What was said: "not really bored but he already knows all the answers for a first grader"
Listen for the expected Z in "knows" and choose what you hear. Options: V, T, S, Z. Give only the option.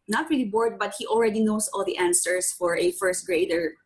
S